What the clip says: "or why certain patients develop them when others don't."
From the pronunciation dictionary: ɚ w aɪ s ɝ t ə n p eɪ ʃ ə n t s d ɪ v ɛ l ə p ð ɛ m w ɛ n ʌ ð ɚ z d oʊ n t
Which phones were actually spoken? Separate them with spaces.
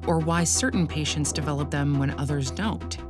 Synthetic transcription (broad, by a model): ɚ w aɪ s ɝ t n p eɪ ʃ ə n t s d ɪ v ɛ l ə p ð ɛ m w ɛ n ʌ ð ɚ z d oʊ n t